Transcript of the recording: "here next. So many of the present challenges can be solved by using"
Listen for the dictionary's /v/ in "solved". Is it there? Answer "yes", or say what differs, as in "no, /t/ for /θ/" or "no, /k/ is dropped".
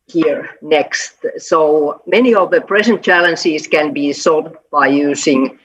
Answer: no, /v/ is dropped